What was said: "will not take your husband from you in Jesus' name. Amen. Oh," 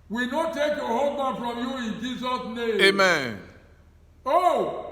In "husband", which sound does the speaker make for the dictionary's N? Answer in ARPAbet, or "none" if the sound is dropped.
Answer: none